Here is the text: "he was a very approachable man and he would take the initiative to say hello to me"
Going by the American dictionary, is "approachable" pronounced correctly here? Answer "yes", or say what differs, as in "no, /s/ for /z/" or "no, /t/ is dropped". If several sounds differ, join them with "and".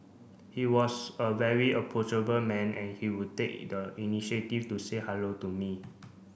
no, /ɹ/ is dropped